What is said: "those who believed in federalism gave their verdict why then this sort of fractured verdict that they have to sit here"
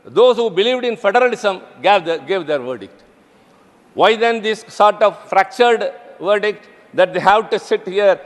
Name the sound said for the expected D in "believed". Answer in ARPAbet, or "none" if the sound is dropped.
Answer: D